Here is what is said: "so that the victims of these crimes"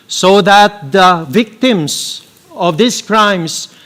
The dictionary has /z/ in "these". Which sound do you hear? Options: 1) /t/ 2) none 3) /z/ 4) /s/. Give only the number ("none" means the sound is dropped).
4